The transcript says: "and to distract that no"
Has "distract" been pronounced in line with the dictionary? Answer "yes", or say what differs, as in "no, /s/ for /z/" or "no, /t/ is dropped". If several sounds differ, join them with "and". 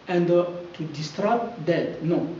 no, /k/ is dropped